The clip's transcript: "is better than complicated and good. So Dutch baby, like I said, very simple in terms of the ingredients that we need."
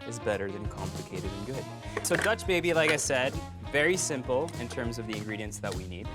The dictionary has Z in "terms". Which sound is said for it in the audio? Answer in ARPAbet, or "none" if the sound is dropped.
Z